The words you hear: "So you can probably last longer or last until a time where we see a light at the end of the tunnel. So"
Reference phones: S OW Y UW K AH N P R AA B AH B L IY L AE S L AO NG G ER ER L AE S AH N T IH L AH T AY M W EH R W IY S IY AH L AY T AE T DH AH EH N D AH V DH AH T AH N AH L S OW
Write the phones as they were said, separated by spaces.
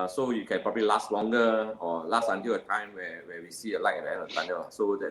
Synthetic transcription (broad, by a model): S OW Y UW K AH N P R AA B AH L IY L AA S L AO NG G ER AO L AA S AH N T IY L AH T AY M W EH W W IY S IY AH L AY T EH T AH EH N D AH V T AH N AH AH S OW